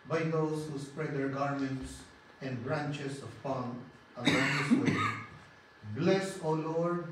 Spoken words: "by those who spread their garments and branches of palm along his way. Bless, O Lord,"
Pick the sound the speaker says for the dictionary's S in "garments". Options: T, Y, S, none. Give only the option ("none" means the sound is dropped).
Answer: S